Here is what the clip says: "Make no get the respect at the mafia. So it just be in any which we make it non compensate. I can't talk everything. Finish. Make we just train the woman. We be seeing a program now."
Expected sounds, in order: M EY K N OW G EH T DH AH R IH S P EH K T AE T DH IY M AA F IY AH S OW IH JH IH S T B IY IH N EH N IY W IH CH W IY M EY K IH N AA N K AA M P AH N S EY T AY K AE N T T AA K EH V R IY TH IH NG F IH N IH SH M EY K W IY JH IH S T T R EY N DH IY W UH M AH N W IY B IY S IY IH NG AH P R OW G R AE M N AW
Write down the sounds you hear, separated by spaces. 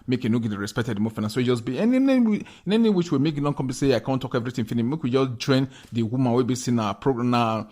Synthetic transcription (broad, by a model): M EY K N OW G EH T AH R IH S P EH K T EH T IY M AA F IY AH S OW IH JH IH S B IY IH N EH N IY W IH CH W IY M EY K IH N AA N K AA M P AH S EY AY K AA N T T AA K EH V R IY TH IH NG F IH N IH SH M EY K W IY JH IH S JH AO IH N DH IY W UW M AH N W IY B IY S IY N AH P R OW G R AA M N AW